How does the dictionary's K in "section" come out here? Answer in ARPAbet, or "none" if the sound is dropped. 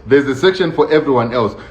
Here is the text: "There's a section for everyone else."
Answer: K